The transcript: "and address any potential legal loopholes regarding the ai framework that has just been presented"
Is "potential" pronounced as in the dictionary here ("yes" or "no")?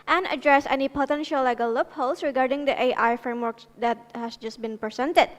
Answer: yes